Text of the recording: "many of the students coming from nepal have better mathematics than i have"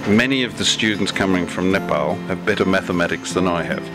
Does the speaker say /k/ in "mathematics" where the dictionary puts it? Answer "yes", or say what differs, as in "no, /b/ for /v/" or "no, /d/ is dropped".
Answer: yes